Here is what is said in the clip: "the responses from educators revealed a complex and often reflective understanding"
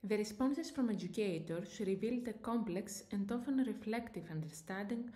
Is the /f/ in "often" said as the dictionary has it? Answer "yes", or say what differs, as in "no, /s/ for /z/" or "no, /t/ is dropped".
yes